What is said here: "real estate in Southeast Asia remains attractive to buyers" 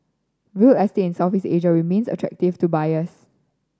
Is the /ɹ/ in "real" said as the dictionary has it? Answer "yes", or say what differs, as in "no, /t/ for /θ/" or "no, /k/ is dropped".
no, /w/ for /ɹ/